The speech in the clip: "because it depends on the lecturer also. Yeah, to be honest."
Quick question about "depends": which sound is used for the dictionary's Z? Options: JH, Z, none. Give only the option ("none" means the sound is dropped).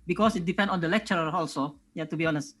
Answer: none